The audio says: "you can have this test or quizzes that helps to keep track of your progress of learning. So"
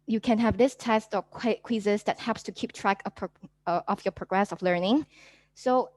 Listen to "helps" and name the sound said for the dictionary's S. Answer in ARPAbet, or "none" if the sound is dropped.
S